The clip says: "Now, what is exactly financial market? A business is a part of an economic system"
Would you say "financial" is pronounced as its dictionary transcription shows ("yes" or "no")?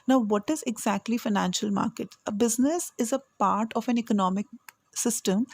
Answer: yes